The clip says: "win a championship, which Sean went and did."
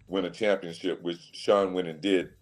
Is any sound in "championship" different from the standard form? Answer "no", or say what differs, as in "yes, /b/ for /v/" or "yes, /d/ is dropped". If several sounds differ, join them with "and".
no